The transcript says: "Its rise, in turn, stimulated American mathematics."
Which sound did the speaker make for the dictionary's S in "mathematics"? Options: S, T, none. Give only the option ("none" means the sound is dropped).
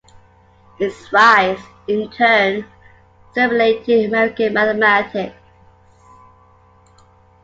S